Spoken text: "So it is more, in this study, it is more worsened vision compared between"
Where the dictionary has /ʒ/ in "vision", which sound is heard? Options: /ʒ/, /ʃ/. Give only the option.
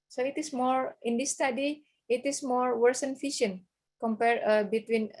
/ʃ/